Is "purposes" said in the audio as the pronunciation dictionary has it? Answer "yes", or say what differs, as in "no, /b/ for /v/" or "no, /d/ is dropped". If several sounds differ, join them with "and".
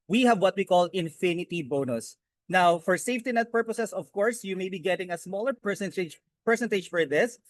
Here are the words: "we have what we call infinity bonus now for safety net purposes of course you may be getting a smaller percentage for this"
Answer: no, /s/ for /z/